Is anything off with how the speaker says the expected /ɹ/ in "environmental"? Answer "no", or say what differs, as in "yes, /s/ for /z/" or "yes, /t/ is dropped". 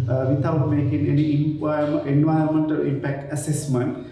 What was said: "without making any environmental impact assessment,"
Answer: yes, /ɹ/ is dropped